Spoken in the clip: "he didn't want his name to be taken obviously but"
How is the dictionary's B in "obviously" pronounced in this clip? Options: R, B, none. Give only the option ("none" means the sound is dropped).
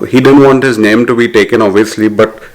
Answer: none